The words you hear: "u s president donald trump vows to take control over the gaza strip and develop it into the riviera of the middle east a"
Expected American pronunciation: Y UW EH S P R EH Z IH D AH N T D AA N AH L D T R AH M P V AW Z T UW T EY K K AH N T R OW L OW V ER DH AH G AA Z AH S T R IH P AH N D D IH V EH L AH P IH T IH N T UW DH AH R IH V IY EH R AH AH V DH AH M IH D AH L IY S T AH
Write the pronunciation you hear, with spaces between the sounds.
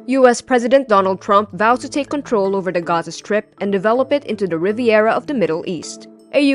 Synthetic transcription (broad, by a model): Y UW EH S P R EH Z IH D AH N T D AA N AH L D T R AH M P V AW T UW T EY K K AH N T R OW L OW V ER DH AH G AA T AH S T R IH P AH N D D IH V EH L AH P IH T IH N T UW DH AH R IH V IY EH R AH AH V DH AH M IH D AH L IY S T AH